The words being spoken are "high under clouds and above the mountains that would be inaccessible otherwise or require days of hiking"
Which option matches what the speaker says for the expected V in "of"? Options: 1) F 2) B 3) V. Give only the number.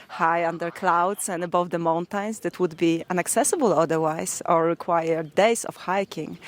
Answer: 1